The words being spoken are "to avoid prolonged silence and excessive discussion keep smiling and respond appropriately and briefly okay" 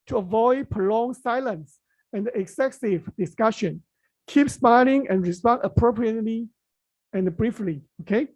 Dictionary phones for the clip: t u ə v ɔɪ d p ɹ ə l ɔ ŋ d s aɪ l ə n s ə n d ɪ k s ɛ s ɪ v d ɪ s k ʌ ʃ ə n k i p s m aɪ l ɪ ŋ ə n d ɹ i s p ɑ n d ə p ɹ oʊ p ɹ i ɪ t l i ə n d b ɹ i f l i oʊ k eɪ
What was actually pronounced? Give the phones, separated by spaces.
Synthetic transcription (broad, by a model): t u ə v ɔɪ d p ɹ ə l ɔ ŋ s aɪ l ə n s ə n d ɪ k s ɛ s ɪ v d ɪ s k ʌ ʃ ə n k i p s m aɪ l ɪ ŋ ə n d ɹ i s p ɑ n ə p ɹ oʊ p ɹ i ɪ t l i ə n b ɹ i f l i oʊ k eɪ